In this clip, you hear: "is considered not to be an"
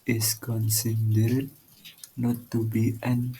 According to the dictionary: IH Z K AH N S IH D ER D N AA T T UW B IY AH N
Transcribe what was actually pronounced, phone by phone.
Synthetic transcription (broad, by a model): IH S K AH N S IH D ER D N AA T T UW B IY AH N